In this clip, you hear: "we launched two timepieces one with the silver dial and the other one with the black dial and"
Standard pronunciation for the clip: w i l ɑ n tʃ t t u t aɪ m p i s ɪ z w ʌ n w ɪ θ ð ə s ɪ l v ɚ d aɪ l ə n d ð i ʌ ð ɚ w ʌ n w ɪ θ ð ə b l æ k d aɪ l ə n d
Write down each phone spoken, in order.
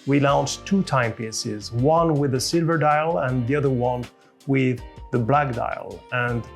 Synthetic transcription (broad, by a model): w i l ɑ n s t t u t aɪ m p i s ɪ z w ʌ n w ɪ ð ə s ɪ l v ɚ d aɪ l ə n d ð i ʌ ð ɚ w ʌ n w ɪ ð ə b l æ k d aɪ l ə n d